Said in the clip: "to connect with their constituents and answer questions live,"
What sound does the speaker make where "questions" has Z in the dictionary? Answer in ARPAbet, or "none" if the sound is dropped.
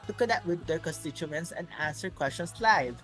S